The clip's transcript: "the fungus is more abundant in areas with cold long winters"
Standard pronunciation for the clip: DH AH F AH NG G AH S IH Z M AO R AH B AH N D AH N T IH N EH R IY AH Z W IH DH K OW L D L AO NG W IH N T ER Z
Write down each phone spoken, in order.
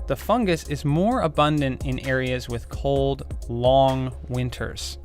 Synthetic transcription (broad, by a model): DH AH F AH NG G AH S IH Z M AO R AH B AH N D AH N T IH N EH R IY AH Z W IH DH K OW L D L AO NG W IH N T ER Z